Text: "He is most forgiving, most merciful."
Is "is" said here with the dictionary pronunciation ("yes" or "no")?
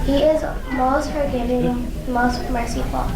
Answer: yes